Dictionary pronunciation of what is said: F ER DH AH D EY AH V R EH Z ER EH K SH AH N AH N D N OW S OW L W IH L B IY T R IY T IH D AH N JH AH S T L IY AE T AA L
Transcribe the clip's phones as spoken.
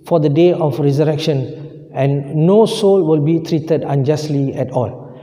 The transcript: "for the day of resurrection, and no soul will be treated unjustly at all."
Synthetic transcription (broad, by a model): F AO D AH D EY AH F R EH Z ER EH K SH AH N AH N N OW S OW L W IH L B IY T R IY T IH D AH N JH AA S T L IY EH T AA L